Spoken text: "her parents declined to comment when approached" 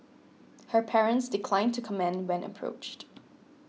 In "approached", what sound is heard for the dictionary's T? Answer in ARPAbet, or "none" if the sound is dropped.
T